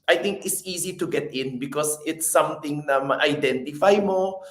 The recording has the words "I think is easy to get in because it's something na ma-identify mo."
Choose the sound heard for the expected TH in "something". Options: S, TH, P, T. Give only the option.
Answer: T